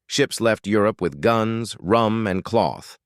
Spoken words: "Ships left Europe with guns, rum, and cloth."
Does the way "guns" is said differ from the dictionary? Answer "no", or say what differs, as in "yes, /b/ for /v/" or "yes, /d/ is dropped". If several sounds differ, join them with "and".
no